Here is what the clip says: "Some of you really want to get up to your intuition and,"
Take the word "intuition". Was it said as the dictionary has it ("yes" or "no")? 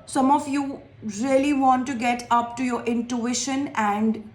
yes